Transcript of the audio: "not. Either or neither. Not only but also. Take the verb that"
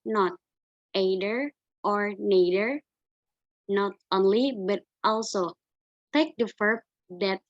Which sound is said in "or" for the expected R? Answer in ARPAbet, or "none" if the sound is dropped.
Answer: R